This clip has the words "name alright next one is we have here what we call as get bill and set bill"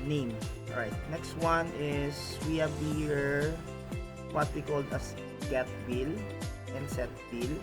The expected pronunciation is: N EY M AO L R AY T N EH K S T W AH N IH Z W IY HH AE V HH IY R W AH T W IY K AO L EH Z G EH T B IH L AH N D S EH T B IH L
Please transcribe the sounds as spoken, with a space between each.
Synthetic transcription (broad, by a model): N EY M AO R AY T N EH K S T W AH N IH S W IY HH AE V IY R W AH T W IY K AO L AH S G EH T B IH L AH N D S EH T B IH L